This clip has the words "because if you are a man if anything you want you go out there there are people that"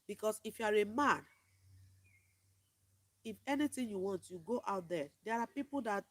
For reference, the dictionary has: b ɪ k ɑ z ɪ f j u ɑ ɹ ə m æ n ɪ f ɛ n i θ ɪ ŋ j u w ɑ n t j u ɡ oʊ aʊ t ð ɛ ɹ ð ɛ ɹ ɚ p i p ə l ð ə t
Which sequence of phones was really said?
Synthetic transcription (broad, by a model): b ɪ k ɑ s ɪ f j u ɑ ɹ ə m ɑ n ɪ f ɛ n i t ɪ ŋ j u w ɑ n t j u ɡ oʊ aʊ t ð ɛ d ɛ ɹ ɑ p i p ə l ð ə t